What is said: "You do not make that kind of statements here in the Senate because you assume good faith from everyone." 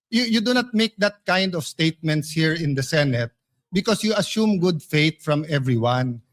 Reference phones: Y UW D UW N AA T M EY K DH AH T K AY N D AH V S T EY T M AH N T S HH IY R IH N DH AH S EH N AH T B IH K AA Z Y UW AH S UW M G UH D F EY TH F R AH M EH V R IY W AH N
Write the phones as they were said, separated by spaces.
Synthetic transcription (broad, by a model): Y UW D UW N AA T M EY K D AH T K AY N D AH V S T EY T M AH N T S HH IY R IH N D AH S EH N AH T B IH K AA S Y UW AH S UW M G UH D F EY T F R AH M EH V R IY W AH N